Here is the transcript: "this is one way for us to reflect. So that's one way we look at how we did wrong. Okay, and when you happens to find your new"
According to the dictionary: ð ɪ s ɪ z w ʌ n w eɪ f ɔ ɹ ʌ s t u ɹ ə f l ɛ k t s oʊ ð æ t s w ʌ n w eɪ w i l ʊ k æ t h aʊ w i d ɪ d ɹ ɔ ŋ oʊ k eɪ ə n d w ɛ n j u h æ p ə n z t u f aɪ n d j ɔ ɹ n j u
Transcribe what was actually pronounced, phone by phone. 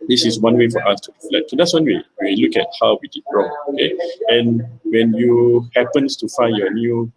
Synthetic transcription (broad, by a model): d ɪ s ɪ s w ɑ n w eɪ f ɔ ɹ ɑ s t u l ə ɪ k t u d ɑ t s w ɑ n w eɪ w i l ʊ k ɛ t h aʊ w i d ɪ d ɹ ɔ ŋ oʊ k eɪ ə n w ɛ n j u h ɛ p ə n s t u f aɪ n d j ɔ n j u